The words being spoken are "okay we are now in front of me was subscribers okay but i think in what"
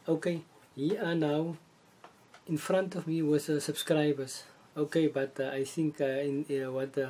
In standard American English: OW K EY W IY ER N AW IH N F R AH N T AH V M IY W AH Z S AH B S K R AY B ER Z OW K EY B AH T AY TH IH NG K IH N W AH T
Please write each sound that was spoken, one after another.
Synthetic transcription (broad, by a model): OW K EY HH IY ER N AW IH N F R AH N T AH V M IY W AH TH S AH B S K R AY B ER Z OW K EY B AH T AY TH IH NG K IH N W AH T